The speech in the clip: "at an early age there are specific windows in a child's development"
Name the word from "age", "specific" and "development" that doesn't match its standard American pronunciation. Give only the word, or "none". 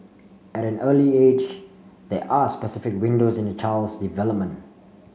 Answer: none